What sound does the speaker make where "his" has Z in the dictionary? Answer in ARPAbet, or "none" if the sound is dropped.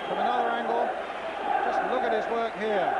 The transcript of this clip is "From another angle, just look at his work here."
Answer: Z